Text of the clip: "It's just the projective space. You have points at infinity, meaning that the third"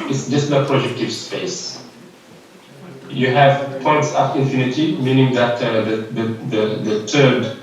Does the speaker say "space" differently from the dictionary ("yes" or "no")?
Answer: no